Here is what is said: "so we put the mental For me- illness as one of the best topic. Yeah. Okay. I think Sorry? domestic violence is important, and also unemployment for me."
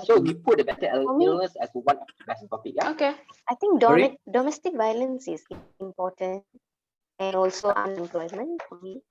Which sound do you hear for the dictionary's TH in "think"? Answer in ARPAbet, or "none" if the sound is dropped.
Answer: T